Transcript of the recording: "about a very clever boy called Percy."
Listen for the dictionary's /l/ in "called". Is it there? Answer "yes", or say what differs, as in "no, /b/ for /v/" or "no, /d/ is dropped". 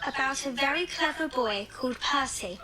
no, /l/ is dropped